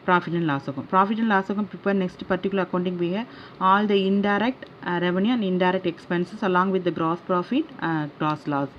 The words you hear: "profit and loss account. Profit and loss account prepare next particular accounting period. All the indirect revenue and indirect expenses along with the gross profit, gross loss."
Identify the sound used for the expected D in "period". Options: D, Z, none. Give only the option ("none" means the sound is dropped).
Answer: none